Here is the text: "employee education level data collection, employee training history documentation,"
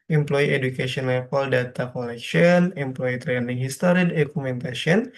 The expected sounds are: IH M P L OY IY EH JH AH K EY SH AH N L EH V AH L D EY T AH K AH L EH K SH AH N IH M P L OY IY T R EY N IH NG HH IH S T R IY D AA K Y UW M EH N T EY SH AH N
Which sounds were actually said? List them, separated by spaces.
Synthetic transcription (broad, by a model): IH M P L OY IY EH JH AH K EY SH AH N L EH F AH L D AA T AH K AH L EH K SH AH N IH M P L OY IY T R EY N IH NG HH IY S T R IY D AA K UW M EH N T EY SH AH N